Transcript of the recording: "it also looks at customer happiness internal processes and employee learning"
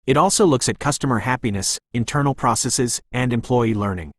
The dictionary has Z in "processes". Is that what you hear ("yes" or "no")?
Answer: yes